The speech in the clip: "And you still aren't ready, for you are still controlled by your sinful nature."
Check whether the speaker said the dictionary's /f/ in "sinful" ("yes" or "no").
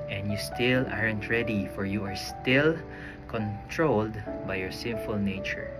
yes